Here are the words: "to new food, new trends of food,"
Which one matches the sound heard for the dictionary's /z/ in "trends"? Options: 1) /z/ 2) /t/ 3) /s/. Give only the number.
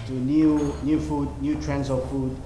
3